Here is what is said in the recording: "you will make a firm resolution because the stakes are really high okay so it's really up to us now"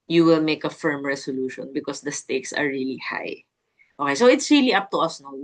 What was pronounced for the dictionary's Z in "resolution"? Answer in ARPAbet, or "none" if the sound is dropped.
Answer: S